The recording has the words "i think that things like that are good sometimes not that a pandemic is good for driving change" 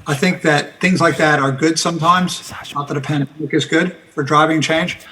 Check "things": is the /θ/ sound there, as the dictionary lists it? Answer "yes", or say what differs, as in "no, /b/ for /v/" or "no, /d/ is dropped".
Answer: yes